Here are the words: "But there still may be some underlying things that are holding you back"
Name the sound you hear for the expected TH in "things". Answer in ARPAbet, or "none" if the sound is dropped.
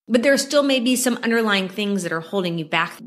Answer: TH